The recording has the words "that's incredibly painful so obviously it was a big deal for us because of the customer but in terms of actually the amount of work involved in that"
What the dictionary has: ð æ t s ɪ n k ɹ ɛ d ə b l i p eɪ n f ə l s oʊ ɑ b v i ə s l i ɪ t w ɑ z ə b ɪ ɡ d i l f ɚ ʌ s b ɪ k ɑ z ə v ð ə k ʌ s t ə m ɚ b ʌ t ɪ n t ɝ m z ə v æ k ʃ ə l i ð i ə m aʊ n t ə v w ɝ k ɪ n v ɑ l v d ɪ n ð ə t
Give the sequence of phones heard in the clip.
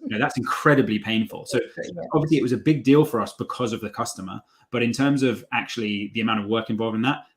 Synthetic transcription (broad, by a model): ð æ t s ɪ n k ɹ ɛ d ə b l i p eɪ n f ə l s oʊ ɑ b v i ə s l i ɪ t w ɑ z ə b ɪ ɡ d i l f ɚ ʌ s b ɪ k ɑ z ə v ð ə k ʌ s t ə m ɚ b ʌ t ɪ n t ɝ m z ə v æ k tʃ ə l i ð i ə m aʊ n t ə v w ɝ k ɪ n v ɑ l v ɪ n ð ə t